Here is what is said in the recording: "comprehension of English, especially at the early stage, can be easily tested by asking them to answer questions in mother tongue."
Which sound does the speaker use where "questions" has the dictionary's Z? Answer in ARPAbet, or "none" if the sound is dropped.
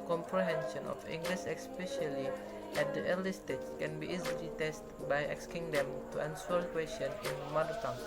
none